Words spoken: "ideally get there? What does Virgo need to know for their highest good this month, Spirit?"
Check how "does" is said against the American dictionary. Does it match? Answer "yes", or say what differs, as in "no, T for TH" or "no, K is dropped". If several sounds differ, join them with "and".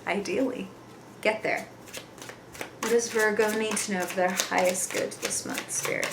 yes